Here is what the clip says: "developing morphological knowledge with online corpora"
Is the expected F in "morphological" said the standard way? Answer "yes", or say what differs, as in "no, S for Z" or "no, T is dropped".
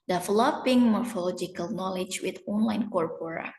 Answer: yes